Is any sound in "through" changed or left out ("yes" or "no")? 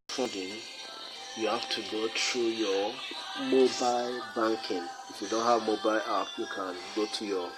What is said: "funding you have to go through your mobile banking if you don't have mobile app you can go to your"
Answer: yes